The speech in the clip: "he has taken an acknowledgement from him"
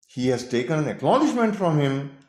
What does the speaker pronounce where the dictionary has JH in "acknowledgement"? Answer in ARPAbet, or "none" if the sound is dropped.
SH